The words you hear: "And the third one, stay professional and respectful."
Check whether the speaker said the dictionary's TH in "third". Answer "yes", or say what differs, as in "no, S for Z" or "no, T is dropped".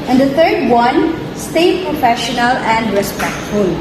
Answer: no, T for TH